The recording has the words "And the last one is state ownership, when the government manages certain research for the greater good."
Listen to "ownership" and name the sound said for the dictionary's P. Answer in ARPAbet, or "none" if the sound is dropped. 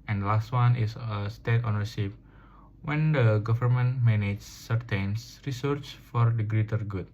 F